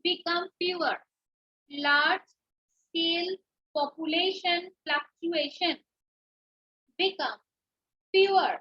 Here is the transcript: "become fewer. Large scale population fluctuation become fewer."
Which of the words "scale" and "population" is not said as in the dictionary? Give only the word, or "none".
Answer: scale